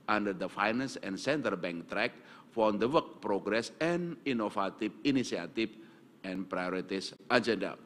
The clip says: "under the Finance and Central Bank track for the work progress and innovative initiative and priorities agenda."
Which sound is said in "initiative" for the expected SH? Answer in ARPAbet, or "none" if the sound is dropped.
S